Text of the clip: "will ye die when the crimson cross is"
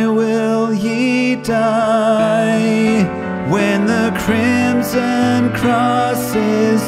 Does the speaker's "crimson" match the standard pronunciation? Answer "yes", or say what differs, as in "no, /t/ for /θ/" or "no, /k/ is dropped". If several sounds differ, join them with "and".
yes